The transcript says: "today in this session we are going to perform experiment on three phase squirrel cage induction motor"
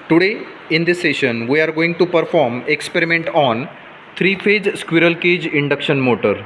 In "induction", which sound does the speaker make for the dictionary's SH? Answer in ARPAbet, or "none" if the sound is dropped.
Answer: SH